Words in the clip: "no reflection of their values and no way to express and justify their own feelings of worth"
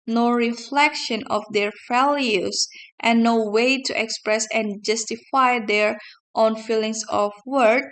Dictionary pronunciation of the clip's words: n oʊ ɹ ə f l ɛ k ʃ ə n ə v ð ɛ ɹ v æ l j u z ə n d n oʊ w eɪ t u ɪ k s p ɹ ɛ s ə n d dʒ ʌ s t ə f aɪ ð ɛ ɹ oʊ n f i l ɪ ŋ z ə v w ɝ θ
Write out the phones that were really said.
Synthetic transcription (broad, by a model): n oʊ ɹ ə f l ɛ k ʃ ə n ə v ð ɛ ɹ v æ l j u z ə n n oʊ w eɪ t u ɪ k s p ɹ ɛ s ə n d dʒ ʌ s t ə f aɪ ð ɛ ɹ oʊ n f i l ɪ ŋ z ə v w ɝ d